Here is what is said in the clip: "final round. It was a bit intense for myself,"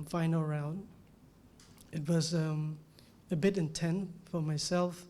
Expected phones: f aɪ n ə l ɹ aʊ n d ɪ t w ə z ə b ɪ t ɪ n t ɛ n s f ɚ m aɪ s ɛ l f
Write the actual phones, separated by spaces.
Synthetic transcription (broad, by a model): f aɪ n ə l ɹ aʊ n d ɪ t w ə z ə b ɪ t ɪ n t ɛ n f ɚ m aɪ s ɛ l f